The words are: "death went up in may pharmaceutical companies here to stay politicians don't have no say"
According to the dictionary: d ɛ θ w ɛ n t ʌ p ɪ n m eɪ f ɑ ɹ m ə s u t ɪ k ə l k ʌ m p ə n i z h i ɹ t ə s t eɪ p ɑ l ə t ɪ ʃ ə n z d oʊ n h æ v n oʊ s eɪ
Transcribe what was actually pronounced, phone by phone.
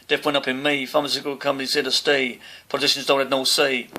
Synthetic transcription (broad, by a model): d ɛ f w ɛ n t ʌ p ɪ n m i f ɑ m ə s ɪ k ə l k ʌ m ə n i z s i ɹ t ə s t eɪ p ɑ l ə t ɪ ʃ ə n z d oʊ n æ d n oʊ s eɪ